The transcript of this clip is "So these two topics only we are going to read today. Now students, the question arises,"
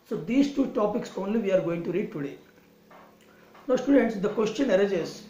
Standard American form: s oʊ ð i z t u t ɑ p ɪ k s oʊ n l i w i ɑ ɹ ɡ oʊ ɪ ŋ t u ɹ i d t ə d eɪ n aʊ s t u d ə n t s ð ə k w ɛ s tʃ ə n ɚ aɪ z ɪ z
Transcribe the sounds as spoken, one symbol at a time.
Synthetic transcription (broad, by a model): s oʊ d i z t u t ɑ p ɪ k s oʊ n l i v i ɑ ɹ ɡ oʊ ɪ ŋ t u ɹ i d t ə d eɪ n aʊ s t u d ə n t s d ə k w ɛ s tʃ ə n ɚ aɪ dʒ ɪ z